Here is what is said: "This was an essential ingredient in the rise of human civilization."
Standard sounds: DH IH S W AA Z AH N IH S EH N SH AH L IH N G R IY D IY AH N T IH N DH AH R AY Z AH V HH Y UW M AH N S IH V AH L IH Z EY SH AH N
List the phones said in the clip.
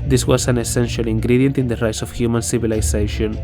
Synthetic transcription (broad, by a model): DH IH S W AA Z AH N IH S EH N SH AH L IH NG G R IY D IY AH N T IH N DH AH R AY S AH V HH Y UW M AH N S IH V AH L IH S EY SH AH N